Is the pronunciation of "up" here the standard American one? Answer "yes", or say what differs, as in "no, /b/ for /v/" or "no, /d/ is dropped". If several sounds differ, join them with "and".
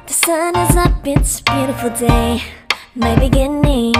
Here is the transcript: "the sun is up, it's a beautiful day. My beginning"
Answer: no, /b/ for /p/